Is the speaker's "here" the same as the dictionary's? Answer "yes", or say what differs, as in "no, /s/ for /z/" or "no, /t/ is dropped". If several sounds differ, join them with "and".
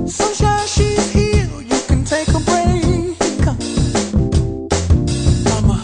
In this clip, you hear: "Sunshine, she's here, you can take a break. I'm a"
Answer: no, /l/ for /ɹ/